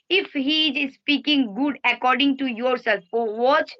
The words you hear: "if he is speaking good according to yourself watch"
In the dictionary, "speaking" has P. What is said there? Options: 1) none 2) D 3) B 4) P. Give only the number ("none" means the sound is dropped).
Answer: 4